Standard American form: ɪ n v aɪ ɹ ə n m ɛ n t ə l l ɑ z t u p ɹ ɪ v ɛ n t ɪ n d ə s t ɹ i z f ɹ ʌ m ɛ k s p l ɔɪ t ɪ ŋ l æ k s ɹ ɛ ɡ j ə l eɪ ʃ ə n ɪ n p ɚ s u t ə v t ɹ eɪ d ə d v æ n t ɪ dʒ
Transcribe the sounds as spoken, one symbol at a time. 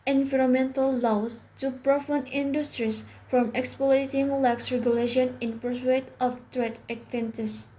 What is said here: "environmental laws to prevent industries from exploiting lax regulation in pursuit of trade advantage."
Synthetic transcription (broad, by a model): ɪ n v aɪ ɹ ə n m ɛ n t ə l l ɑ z t u p ɹ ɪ f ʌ n ɪ n d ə s t ɹ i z f ɹ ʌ m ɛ k s p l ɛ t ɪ ŋ l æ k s ɹ ɛ ɡ j ə l eɪ ʃ ə n ɪ n p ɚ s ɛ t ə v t ɹ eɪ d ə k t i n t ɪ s